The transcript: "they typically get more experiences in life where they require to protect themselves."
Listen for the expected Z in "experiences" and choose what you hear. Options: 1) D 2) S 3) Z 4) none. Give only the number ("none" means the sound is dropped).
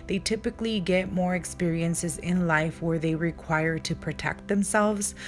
3